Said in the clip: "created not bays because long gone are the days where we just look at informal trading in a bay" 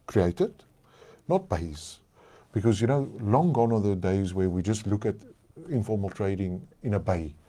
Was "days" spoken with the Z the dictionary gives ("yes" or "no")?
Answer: yes